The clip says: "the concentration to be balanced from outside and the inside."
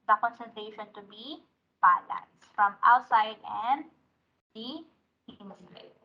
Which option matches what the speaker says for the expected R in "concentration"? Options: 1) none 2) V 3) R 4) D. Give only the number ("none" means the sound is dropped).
1